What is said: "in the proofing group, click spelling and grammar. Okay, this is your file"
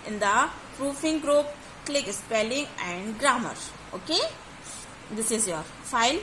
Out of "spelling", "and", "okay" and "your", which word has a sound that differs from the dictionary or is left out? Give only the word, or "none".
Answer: none